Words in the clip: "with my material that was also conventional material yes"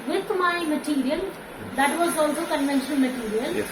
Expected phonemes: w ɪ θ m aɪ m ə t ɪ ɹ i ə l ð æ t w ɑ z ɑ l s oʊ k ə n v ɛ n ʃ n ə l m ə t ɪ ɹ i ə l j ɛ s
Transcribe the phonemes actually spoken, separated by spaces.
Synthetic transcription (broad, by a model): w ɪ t m aɪ m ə t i ɹ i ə l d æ t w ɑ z ɑ l s oʊ k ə n v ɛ n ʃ ə n m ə t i ɹ i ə l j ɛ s